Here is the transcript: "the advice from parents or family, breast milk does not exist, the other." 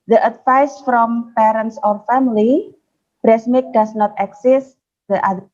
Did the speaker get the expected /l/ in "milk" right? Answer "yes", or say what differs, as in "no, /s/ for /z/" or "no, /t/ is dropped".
no, /l/ is dropped